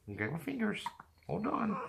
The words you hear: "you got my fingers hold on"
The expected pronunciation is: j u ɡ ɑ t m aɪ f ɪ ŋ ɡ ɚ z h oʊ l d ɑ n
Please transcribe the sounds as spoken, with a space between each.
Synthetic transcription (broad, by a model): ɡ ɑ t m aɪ f ɪ ŋ ɡ ɚ z h oʊ l d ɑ n